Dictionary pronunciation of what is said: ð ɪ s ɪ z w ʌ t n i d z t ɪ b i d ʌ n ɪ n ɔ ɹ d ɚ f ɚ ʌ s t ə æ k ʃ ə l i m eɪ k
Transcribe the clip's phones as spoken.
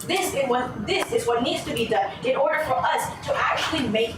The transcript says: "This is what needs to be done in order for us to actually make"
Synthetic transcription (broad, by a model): ð ɪ s ɪ z w ʌ t n i d z t ɪ b i d ʌ n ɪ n ɔ ɹ d ɚ f ɚ ʌ s t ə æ k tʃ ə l i m eɪ k